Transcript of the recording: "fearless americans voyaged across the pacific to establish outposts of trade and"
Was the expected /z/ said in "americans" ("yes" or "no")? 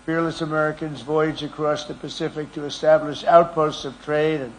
yes